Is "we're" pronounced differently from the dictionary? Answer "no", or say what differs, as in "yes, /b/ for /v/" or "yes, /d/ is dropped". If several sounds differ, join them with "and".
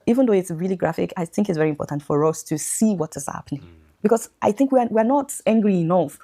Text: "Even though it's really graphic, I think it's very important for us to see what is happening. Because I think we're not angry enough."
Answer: yes, /w/ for /ɹ/